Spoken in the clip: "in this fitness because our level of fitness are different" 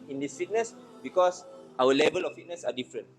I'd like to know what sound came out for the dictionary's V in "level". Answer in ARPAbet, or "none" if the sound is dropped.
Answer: V